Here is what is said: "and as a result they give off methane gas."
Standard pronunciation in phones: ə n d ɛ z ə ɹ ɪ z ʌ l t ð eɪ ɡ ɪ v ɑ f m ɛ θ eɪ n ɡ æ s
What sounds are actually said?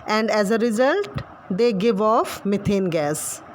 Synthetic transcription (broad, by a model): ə n d ɛ z ə ɹ ɪ z ʌ l t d eɪ ɡ ɪ v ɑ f m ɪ t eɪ n ɡ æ s